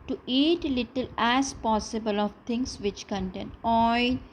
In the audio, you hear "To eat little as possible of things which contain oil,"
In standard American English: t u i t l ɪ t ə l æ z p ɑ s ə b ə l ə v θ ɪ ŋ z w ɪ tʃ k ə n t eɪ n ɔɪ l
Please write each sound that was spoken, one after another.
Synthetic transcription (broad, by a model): t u i t l ɪ t ə l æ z p ɑ s ə b ə l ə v t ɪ ŋ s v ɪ tʃ k ə n t eɪ n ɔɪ